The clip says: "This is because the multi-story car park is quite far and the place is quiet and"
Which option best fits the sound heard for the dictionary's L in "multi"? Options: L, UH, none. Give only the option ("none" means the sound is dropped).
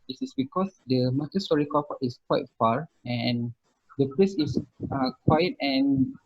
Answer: none